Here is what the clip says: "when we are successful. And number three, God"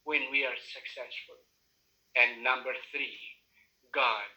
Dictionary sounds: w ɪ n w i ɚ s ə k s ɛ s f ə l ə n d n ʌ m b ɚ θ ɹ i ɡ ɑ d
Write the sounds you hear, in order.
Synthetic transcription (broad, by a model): w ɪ n w i ɚ s ə k s ɛ s f ə l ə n n ʌ m b ɚ θ ɹ i ɡ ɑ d